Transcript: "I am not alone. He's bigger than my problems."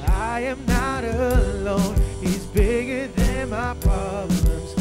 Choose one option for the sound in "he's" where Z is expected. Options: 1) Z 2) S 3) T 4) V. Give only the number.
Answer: 1